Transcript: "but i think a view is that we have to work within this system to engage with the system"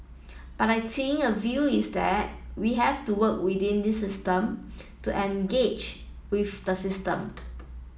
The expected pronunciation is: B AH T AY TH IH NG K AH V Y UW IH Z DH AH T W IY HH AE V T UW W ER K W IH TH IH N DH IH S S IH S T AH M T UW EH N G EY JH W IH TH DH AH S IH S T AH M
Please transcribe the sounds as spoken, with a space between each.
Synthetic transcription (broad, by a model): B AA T AY S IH NG AH V Y UW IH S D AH T W IY HH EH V T UW W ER K W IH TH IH N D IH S S IH S T AH M T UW EH N G EY JH W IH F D AH S IH S T AH M